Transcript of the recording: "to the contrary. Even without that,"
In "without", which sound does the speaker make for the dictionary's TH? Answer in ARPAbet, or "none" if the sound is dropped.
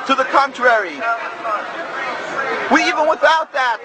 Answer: TH